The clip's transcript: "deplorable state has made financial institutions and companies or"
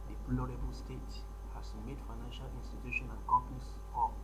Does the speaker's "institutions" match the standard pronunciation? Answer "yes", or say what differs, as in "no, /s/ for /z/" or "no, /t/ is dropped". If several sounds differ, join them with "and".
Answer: no, /z/ is dropped